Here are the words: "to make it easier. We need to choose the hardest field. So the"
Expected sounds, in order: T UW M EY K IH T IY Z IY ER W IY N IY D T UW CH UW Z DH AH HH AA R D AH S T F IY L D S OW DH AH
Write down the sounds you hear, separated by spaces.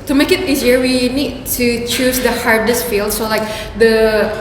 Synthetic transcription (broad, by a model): T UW M EY K IH T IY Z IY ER W IY N IY D T UW CH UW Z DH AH HH AA R D AH S T F IY L D S OW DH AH